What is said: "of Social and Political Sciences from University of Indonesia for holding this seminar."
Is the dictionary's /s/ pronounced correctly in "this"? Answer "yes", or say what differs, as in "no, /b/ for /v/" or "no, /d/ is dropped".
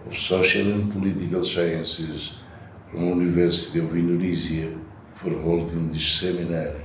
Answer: no, /ʃ/ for /s/